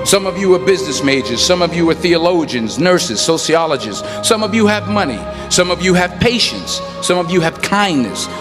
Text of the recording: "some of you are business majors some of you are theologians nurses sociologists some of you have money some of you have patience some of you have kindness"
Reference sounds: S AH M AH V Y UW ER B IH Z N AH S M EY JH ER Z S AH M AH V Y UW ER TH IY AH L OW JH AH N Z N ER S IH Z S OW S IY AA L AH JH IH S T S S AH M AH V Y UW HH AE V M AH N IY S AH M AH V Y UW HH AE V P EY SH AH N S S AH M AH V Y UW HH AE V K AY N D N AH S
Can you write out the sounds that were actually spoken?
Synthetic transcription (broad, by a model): S AH M AH V Y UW ER B IH Z N AH S M EY JH ER Z S AH M AH V Y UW ER TH IY AH L OW JH AH N Z N ER S IH Z S OW S IY AA L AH JH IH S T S S AH M AH V Y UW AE V M AH N IY S AH M AH V Y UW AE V P EY SH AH N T S AH M AH V Y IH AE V K AY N N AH S